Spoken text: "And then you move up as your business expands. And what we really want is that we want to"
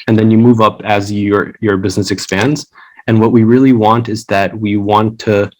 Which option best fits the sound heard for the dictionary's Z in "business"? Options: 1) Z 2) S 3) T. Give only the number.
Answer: 1